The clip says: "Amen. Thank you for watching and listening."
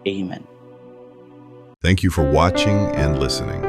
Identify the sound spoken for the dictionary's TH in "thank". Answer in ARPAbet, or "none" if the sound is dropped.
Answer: TH